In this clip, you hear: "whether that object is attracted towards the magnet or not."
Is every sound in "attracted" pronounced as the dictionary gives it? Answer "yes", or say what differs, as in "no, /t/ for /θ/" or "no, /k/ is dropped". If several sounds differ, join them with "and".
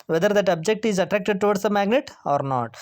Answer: yes